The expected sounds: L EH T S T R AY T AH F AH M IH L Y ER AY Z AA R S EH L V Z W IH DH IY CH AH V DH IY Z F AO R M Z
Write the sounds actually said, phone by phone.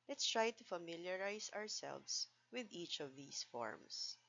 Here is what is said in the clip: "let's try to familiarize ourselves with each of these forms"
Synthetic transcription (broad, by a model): L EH T S T R AY T AH F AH M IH L Y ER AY S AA R S EH L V S W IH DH IY CH AH V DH IY S F AO R M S